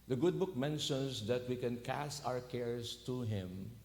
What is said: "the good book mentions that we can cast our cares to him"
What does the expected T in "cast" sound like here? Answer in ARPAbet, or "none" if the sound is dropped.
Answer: T